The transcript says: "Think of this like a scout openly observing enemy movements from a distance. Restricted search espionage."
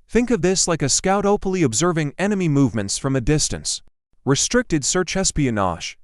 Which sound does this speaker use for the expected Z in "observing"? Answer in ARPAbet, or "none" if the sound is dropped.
Z